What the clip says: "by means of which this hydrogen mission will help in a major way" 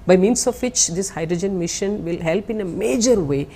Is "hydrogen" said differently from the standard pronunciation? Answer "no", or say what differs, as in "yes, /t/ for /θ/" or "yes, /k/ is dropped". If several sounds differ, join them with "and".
no